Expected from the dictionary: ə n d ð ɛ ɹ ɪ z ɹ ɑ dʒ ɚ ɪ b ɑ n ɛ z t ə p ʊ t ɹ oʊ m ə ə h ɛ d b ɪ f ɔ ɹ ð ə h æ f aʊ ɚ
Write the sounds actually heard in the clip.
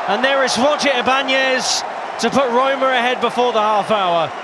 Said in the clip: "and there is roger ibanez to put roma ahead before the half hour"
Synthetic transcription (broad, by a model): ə n ð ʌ ɹ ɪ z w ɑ tʃ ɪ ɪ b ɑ n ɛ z t ə p ʊ t ɹ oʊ m ə ə h ɛ d b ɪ f ɔ ð ə h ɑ f aʊ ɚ